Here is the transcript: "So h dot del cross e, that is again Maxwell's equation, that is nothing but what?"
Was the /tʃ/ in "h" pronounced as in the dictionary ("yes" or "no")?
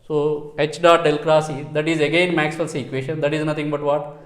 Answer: yes